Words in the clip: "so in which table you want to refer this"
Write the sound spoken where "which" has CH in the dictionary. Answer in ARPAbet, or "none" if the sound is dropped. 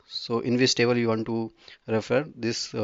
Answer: S